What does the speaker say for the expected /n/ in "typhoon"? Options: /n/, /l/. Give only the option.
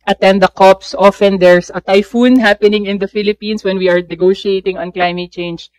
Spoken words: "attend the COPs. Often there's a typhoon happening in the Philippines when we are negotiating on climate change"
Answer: /n/